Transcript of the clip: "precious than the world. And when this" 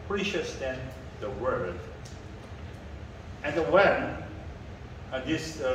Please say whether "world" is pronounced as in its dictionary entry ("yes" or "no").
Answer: no